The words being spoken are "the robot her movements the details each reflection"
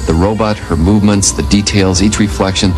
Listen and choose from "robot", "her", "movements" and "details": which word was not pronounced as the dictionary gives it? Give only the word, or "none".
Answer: none